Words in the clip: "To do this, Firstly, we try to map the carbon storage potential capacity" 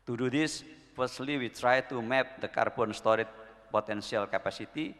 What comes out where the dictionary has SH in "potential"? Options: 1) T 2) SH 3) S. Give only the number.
3